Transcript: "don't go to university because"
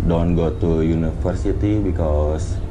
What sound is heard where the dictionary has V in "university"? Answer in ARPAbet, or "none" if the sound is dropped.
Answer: F